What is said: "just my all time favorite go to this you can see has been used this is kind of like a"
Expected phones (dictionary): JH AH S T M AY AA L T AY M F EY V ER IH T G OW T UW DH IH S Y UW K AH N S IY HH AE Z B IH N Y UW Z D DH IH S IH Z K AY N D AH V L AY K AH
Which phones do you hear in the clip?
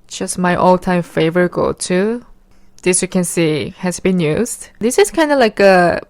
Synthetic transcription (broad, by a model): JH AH S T M AY AA L T AY M F EY V ER IH T G OW T UW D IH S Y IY K AH N S IY HH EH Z B IH N Y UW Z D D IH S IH S K AY N D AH L AY K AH